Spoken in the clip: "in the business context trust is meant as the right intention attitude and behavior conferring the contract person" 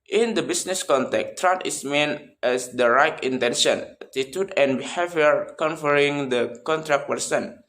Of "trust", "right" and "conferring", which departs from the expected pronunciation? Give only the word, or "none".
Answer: trust